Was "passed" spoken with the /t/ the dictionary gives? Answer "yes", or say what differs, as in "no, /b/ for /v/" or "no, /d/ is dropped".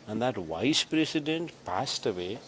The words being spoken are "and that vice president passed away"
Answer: yes